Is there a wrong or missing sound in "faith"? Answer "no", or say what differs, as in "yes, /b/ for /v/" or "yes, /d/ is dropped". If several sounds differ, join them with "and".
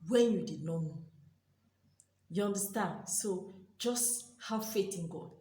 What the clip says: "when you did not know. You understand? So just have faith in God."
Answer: yes, /t/ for /θ/